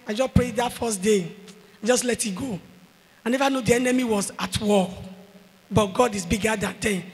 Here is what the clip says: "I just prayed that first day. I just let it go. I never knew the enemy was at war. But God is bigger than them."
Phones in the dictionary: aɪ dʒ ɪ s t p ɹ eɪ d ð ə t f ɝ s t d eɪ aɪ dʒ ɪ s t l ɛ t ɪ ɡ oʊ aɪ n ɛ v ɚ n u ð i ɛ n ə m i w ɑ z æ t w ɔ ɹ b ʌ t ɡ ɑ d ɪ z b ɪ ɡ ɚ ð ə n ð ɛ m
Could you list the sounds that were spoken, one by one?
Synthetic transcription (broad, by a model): aɪ dʒ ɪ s p ɹ eɪ d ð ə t f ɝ s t d eɪ aɪ dʒ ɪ s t l ɛ t ɪ ɡ oʊ aɪ n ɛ v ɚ n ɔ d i ɛ n ə m i w ɑ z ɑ t w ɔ l b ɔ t ɡ ɑ d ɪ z b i ɡ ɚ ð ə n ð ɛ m